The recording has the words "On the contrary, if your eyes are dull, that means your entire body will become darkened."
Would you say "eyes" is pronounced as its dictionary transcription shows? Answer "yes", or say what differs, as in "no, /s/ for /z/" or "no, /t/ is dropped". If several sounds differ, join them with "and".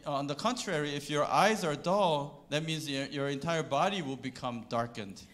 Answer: yes